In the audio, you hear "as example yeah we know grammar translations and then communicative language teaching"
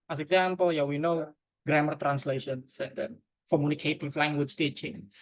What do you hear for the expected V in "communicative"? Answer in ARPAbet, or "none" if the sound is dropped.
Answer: F